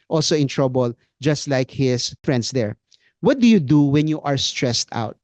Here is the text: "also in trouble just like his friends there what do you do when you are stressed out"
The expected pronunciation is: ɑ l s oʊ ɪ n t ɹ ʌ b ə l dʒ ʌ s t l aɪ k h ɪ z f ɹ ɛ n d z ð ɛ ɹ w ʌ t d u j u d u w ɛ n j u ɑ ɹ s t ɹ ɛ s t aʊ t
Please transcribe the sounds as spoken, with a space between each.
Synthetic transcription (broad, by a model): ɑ l s oʊ ɪ n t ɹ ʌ b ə l dʒ ʌ s t l aɪ k h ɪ s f ɹ ɛ n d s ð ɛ ɹ w ʌ t d u j u d u w ɛ n j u ɑ ɹ s t ɹ ɛ s t aʊ t